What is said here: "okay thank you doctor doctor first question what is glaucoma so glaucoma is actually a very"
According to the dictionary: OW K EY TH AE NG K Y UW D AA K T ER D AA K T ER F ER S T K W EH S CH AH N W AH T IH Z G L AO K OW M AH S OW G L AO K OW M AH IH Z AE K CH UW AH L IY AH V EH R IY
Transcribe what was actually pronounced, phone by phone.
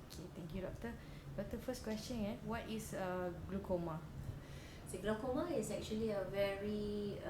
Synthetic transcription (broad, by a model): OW K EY T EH NG K Y UW D AA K T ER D AA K T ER F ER S K W EH S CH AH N W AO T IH S G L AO K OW M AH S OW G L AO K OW M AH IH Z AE K CH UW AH L IY AH V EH R IY